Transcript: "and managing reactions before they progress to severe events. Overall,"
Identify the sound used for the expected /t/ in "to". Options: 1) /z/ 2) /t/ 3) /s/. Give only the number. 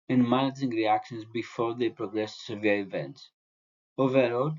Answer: 3